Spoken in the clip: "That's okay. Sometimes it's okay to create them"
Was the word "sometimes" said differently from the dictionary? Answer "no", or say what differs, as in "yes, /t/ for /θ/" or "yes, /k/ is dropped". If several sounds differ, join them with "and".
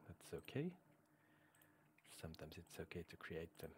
no